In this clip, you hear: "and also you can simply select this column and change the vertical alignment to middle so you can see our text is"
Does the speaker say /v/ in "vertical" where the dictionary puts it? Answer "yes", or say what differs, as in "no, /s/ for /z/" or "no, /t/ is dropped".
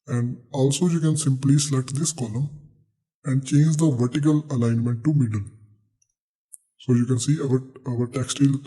yes